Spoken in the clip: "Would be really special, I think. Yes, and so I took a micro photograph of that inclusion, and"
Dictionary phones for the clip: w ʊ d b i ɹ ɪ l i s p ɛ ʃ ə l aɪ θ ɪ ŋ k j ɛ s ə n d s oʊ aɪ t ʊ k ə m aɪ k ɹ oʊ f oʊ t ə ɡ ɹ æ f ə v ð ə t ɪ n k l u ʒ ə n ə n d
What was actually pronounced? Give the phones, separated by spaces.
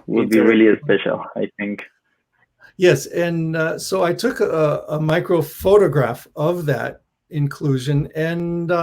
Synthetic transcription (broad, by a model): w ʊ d b i ɹ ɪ l i s p ɛ ʃ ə l aɪ θ ɪ ŋ k j ɛ s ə n s oʊ aɪ t ʊ k ə m aɪ k ɹ oʊ f oʊ t ə ɡ ɹ æ f ə v ð ə t ɪ n k l u ʒ ə n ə n